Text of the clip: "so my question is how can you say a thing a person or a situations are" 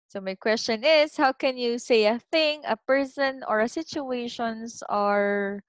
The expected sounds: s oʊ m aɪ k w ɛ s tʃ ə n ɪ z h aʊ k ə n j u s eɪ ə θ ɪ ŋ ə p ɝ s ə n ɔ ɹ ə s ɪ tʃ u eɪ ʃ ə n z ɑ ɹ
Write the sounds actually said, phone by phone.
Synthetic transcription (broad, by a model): s oʊ m aɪ k w ɛ s tʃ ə n ɪ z h aʊ k ə n j u s eɪ ə θ ɪ ŋ ə p ɝ s ə n ɔ ɹ ə s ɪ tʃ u eɪ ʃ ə n s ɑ ɹ